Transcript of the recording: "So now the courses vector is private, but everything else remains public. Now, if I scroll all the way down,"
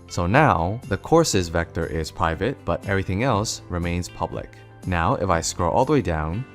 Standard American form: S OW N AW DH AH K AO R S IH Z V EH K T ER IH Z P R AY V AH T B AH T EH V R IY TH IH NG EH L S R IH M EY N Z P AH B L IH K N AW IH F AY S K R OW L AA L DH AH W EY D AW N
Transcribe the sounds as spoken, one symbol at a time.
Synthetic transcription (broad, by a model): S OW N AW DH AH K AO R S IH Z V EH K T ER IH Z P R AY V AH T B AH T EH V R IY TH IH NG EH L S R IH M EY N Z P AH B L IH K N AW IH F AY S K R OW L AA L DH AH W EY D AW N